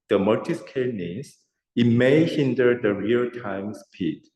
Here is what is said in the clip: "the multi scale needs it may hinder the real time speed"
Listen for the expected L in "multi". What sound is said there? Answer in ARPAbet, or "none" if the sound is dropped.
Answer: none